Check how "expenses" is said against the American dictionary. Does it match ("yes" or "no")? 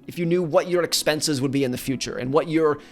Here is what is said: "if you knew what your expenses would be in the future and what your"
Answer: yes